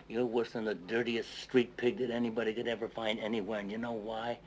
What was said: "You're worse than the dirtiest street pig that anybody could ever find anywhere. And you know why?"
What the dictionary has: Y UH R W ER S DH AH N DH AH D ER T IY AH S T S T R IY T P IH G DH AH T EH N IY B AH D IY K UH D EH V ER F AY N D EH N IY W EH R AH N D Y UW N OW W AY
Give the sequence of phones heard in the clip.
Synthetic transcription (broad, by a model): Y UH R W ER S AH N DH AH D ER T IY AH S S T R IY T P IH G DH AH T EH N IY B AH D IY K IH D EH V ER F AY N D EH N IY W EH R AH N Y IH N OW W AY